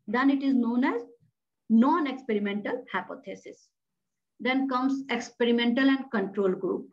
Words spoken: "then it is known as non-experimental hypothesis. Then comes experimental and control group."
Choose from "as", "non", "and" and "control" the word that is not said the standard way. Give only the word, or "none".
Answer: none